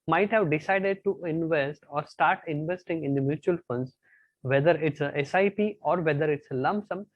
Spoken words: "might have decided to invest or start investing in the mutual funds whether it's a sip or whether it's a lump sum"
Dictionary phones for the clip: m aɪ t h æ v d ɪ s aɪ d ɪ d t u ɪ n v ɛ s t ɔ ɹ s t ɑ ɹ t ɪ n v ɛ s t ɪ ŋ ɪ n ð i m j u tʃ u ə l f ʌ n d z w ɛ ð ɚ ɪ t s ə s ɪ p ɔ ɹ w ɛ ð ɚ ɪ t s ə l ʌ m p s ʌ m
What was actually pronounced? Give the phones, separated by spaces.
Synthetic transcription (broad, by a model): m aɪ t h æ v d ɪ s aɪ d ɪ d t u ɪ n v ɛ s t ɔ ɹ s t ɑ ɹ t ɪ n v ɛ s t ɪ ŋ ɪ n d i m j u tʃ u ə l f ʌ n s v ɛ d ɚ ɪ t s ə s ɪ p ɔ ɹ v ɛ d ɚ ɪ t s ə l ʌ m b s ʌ m